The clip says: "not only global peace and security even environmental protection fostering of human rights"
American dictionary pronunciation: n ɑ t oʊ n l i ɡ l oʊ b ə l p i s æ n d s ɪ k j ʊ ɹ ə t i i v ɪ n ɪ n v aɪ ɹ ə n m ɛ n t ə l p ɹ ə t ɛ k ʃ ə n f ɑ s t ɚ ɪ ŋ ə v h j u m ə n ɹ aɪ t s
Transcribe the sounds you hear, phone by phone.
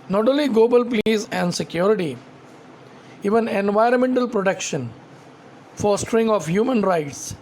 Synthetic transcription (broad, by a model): n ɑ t oʊ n l i ɡ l oʊ b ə l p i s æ n d s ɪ k j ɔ ɹ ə t i i v ɪ n ɪ n v aɪ ɹ ə n m ɛ n t ə l p ɹ ə t ɛ k ʃ ə n f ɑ s t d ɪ ŋ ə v h j u m ə n ɹ aɪ t s